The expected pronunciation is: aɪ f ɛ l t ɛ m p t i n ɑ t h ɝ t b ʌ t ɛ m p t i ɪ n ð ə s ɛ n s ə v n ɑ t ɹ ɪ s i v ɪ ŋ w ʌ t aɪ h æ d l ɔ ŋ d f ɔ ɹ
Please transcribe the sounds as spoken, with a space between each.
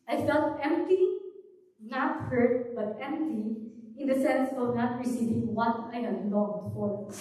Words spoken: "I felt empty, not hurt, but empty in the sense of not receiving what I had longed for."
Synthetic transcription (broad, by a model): aɪ f ɛ l t ɛ m p t i n ɑ t h ɝ t b ʌ t ɛ m p t i ɪ n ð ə s ɛ n s ə v n ɑ t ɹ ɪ s i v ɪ ŋ w ʌ t aɪ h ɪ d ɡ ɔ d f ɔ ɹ